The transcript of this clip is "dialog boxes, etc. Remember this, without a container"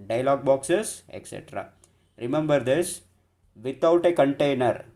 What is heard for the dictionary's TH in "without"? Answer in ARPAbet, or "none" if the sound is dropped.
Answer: T